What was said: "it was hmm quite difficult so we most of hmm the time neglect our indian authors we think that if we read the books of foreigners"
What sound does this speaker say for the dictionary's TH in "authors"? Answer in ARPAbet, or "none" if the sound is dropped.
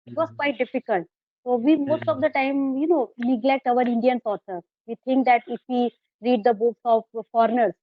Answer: T